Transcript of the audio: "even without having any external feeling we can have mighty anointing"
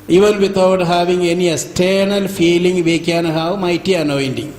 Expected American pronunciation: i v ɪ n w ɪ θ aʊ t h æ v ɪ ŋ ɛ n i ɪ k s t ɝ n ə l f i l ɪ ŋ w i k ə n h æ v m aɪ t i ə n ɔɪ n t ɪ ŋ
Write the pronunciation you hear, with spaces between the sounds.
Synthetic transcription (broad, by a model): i v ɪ n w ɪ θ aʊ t h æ v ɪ ŋ ɛ n i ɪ s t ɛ n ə l f i l ɪ ŋ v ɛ k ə n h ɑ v m aɪ t i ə n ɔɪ n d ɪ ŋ